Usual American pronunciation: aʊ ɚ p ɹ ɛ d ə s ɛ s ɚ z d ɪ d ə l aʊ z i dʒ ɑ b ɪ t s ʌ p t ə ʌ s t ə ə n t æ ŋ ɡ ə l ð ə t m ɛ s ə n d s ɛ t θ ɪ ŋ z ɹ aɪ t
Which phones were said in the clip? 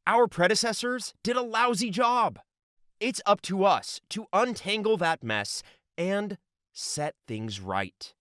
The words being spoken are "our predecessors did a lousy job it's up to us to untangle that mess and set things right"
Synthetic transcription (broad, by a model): aʊ ɚ p ɹ ɛ d ə s ɛ s ɚ z d ɪ d ə l aʊ z i dʒ ɑ b ɪ t s ʌ p t ə ʌ s t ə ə n t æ ŋ ɡ l ð ə t m ɛ s ə n d s ɛ t θ ɪ ŋ z ɹ aɪ t